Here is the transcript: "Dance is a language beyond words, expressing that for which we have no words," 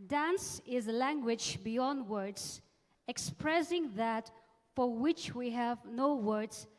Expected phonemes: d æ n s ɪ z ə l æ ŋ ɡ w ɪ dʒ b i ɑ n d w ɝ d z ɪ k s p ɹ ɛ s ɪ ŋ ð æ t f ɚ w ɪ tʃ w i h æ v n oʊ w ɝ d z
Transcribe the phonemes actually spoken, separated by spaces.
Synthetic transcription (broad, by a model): d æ n s ɪ z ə l æ ŋ ɡ w ɪ dʒ b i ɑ n d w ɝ d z ɪ k s p ɹ ɛ s ɪ ŋ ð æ t f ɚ w ɪ tʃ w i h æ v n oʊ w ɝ d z